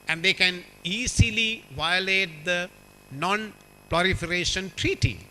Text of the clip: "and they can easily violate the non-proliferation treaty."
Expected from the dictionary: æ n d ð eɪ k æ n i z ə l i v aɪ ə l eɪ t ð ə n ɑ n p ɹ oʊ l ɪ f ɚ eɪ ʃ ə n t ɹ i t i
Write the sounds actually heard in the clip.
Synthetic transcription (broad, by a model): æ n d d eɪ k æ n i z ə l i v aɪ ə l eɪ t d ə n ɑ n p l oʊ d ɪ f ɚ eɪ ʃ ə n t ɹ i t i